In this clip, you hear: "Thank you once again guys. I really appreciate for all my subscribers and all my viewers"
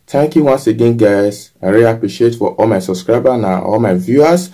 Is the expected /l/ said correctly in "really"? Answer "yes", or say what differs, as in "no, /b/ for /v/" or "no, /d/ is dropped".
no, /l/ is dropped